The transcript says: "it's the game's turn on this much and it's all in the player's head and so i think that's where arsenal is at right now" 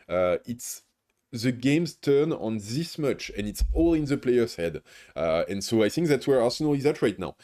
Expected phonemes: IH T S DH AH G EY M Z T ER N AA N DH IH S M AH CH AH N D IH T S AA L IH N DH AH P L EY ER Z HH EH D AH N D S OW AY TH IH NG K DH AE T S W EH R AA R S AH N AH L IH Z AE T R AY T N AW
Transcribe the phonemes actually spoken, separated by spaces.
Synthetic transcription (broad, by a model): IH T S DH AH G EY M Z T ER N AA N DH IH S M AH CH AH N IH T S AA L IH N DH AH P L EY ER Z HH EH D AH N S OW AY TH IH NG K DH AE T S W EH R AA R S AH N AH L IH Z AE T R AY T N AW